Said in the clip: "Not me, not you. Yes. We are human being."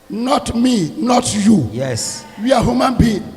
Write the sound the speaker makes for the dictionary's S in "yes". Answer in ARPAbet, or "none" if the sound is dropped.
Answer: S